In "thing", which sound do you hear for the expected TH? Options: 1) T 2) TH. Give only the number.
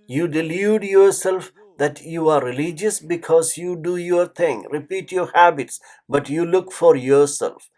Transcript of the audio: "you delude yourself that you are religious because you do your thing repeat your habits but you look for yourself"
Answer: 1